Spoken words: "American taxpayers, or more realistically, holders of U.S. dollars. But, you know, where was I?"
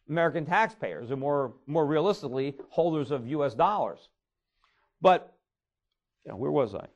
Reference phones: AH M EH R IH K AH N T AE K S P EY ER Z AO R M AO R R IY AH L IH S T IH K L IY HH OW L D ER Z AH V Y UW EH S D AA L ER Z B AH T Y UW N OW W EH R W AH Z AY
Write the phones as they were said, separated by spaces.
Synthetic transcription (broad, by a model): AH M EH R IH K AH N T AE K S P EY ER Z AO R M AO R R IY AH L IH S T IH K L IY HH OW L D ER Z AH V Y UW EH S D AA L ER Z B AH T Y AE W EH R W AH Z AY